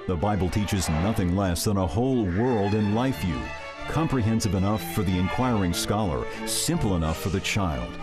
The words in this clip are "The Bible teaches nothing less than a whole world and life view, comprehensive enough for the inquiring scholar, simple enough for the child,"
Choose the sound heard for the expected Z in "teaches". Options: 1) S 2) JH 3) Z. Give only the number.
3